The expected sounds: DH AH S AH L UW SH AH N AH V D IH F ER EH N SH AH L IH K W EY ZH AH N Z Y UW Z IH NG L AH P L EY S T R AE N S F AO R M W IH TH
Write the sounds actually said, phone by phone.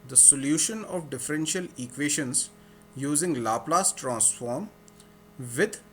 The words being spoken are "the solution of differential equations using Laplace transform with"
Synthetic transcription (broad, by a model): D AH S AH L UW SH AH N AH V D IH F ER EH N SH AH L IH K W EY SH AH N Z Y UW Z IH NG L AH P L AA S T R AE N S F AO R M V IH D